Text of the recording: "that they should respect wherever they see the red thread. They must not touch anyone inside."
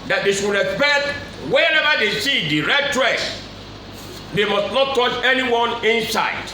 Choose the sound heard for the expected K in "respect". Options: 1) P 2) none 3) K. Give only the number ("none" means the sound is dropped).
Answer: 2